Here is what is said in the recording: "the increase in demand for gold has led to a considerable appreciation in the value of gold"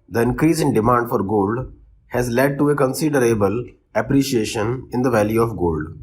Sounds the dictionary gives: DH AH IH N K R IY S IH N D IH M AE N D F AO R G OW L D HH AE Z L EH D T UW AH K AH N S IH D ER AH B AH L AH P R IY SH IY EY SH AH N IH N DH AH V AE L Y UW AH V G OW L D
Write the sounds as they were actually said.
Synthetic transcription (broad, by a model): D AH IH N K R IY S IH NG D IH M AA N D F AO R G OW L D HH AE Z L EH D T UW AH K AH N S IH D ER AH B AH L AH P R IY SH IY EY SH AH N IH N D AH V AE L Y UW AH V G OW L D